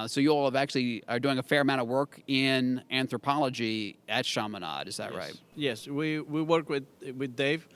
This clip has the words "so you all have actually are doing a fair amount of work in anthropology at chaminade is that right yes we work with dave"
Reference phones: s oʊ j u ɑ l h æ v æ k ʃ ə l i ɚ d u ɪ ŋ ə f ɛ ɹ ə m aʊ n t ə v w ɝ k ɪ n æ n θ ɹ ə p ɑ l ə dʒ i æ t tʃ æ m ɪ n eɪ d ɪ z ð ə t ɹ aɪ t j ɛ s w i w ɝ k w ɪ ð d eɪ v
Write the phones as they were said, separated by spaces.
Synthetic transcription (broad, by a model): s oʊ j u ɑ l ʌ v æ k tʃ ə l i ɚ d u ɪ ŋ ə f ɛ ɹ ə m aʊ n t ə v w ɝ k ɪ n æ n θ ɹ ə p ɑ l ə dʒ i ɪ t ʃ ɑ m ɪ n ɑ d ɪ z ð ə t ɹ aɪ t j ɛ s w i w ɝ k w ɪ ð d eɪ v